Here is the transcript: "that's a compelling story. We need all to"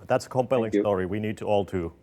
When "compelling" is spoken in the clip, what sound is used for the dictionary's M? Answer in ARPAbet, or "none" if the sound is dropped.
M